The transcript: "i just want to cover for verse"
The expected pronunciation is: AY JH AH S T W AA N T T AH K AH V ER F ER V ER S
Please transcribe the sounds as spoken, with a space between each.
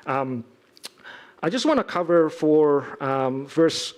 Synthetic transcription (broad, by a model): AY JH AH S T W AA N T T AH K AH V ER F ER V ER S